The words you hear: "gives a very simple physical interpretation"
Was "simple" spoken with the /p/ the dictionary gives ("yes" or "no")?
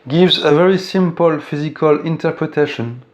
yes